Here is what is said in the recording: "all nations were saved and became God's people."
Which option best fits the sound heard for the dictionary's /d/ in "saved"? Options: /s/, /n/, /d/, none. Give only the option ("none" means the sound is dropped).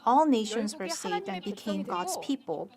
/d/